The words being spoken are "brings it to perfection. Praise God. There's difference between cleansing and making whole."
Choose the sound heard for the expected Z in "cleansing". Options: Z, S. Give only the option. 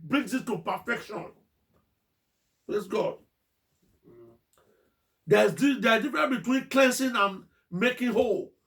S